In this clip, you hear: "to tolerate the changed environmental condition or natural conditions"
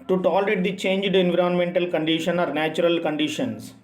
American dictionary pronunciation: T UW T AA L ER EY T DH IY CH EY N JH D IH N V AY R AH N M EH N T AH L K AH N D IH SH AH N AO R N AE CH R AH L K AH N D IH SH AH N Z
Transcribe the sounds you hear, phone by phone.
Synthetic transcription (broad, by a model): T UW T AA L ER EY T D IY CH EY N JH D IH N V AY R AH N M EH N T AH L K AH N D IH SH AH N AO R N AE CH R AH L K AH N D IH SH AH N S